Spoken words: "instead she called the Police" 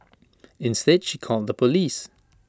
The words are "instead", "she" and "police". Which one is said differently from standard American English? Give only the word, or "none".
none